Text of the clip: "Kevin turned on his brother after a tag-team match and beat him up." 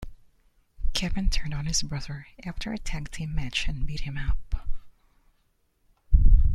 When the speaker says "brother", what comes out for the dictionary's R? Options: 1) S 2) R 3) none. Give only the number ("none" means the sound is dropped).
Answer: 2